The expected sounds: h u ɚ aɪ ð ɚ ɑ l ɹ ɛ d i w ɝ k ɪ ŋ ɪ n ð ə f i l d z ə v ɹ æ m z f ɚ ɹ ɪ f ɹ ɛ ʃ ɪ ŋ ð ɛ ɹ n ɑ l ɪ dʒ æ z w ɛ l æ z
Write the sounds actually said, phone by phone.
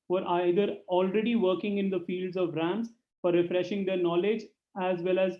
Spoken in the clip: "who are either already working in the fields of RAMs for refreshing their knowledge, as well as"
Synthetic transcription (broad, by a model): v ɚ aɪ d ɚ ɑ l ɹ ɛ d i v ɝ k ɪ ŋ ɪ n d ə f i l d z ə v ɹ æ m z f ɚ ɹ ɪ f ɹ ɛ ʃ ɪ ŋ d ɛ ɹ n ɑ l ɪ dʒ æ z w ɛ l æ z